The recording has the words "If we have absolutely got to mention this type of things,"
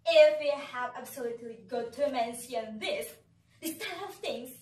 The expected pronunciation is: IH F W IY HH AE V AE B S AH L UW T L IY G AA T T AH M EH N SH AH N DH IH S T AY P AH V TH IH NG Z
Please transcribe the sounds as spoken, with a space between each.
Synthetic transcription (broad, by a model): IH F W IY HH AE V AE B S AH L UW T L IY G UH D T AH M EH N S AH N DH IH S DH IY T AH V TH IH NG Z